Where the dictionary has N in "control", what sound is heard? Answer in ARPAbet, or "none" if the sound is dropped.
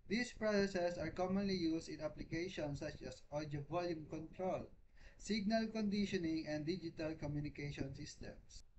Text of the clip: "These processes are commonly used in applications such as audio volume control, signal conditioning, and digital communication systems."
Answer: N